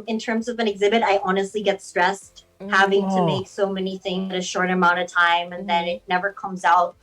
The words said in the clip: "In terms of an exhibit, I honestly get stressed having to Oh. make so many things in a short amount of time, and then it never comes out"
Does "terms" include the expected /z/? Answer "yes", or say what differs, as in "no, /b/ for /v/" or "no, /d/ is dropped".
yes